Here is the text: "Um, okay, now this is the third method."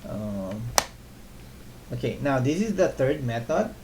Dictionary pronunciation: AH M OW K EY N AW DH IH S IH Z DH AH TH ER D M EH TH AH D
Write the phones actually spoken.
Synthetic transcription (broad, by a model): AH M OW K EY N AW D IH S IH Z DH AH T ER D M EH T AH D